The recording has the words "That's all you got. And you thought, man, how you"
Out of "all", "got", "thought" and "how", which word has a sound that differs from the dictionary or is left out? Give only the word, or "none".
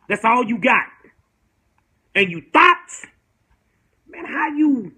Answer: thought